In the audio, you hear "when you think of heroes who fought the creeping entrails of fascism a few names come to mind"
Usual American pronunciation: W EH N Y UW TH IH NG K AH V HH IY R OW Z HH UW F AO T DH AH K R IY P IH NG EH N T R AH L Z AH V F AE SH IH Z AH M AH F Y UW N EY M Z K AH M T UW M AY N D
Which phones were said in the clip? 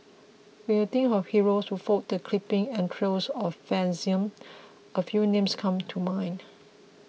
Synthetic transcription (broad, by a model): W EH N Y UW T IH NG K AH F HH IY R OW S HH UW F AO T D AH K L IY P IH NG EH N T R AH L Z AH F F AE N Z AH M AH F Y UW N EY M S K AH M T UW M AY N